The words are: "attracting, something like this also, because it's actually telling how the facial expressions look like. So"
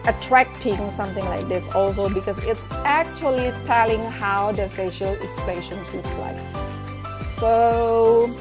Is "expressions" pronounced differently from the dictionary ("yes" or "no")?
yes